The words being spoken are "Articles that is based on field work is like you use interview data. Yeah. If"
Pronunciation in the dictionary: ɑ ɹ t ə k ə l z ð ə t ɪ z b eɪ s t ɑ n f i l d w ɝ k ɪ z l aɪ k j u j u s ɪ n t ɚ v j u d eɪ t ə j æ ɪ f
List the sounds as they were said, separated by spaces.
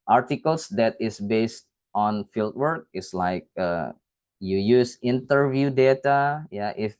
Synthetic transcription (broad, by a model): ɑ ɹ t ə k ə l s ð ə t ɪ s b eɪ s t ɑ n f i l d w ɝ k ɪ s l aɪ k j u j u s ɪ n t ɚ v j u d eɪ t ə j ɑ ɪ f